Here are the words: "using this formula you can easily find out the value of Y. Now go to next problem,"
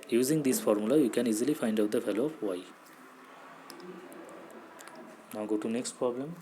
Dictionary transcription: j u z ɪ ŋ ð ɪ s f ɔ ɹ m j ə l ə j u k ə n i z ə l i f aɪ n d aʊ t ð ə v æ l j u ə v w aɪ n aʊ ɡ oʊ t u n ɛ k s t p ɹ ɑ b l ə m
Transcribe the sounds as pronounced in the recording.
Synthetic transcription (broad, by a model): j u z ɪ ŋ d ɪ s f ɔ ɹ m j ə l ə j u k ə n i z ə l i f aɪ n d aʊ t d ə f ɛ l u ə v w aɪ n aʊ ɡ oʊ t u n ɛ k s t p ɹ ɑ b l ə m